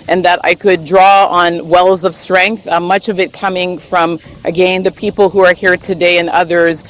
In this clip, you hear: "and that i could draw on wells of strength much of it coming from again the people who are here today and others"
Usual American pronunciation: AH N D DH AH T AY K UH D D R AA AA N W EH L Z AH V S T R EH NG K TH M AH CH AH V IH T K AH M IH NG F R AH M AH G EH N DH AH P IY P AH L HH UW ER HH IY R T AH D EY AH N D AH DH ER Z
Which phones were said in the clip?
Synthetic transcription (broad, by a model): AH N DH AH T AY K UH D D R AA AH N W EH L Z AH V S T R EH NG K TH M AH CH AH V IH T K AH M IH NG F R AH M AH G EH N DH AH P IY P L HH UW ER HH IY R T AH D EY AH N AH DH ER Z